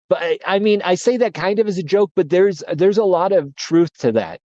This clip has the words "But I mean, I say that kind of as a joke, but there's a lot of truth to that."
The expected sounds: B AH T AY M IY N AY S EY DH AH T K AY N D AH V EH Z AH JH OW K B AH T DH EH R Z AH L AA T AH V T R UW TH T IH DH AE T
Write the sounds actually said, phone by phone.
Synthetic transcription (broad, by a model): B AH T AY M IY N AY S EY DH AH T K AY N D AH V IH Z AH JH OW K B AH T DH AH R Z AH L AA T AH V T R UW TH T IH DH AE T